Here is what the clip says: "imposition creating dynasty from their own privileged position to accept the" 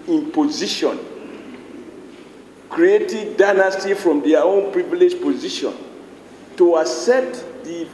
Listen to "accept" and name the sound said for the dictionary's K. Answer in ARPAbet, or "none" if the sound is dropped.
none